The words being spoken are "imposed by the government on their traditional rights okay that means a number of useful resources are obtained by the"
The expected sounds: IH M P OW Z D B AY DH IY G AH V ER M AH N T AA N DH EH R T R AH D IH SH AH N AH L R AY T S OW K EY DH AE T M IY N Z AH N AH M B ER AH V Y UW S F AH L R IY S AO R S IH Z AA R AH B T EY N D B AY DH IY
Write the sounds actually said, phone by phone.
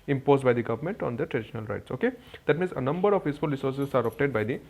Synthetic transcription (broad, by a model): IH M P OW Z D B AY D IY G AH V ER M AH N T AA N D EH T R AH D IH SH AH N AH L R AY T S OW K EY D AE T M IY N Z AH N AH M B ER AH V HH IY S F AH L R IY S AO R S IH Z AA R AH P T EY D B AY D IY